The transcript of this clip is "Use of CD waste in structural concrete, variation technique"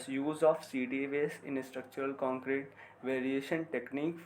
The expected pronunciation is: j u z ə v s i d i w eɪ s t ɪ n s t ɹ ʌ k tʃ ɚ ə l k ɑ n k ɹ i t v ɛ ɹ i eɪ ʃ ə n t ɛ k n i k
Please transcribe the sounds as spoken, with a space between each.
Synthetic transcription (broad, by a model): j u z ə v s i d i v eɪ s ɪ n s t ɹ ʌ k tʃ ɚ ə l k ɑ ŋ k ɹ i t v ɛ ɹ i eɪ ʃ ə n t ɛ k n i k